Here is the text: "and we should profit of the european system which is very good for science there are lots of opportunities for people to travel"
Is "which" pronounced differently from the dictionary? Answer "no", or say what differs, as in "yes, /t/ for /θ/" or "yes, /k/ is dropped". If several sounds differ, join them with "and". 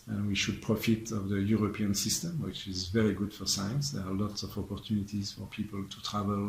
no